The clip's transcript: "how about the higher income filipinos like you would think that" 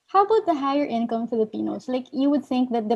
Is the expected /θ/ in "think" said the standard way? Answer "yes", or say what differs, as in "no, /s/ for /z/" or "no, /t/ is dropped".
yes